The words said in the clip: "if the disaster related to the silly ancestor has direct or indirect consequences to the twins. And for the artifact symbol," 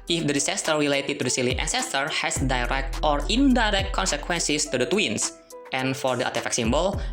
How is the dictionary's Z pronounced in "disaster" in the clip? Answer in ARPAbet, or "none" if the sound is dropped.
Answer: S